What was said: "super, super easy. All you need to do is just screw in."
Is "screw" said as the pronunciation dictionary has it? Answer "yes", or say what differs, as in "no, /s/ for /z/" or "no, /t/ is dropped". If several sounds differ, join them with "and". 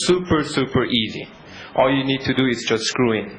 yes